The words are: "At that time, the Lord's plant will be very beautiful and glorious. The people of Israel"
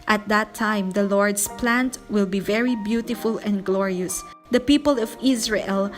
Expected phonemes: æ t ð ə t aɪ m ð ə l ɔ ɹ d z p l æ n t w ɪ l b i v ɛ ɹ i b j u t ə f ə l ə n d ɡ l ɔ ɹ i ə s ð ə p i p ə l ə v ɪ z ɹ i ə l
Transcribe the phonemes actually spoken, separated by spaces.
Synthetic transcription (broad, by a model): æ t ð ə t aɪ m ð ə l ɔ ɹ d s p l æ n t w ɪ l b i v ɛ ɹ i b j u t ə f ə l ə n d ɡ l ɔ ɹ i ə s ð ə p i p ə l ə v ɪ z ɹ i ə l